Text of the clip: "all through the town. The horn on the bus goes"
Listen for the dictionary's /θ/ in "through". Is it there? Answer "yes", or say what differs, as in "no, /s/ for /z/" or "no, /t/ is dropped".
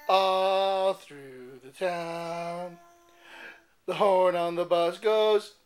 yes